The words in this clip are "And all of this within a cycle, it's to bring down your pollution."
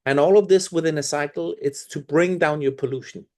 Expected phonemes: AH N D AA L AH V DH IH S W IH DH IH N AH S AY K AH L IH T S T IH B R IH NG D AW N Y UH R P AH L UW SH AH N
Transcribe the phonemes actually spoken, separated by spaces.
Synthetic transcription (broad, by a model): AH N AA L AH V DH IH S W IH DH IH N AH S AY K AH L IH T S T IH B R IH NG D AW N Y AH R P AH L UW SH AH N